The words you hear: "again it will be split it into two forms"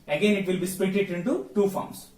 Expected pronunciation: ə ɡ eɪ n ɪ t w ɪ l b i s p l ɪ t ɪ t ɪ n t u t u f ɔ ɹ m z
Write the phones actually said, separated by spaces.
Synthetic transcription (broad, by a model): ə ɡ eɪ n ɪ t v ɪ l b i s p ɛ t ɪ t ɪ n t u t u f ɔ ɹ m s